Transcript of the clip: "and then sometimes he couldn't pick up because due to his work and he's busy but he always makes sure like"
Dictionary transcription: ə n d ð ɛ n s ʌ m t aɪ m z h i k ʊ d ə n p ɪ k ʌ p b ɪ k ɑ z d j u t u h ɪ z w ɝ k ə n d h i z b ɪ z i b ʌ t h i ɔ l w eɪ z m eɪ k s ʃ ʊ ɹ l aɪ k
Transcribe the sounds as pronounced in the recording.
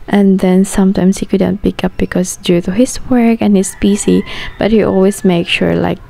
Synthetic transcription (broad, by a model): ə n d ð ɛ n s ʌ m t aɪ m s h i k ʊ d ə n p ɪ k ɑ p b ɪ k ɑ s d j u t u h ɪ s w ɝ k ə n h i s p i s i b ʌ t h i ɔ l w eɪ s m eɪ k ʃ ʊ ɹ l aɪ k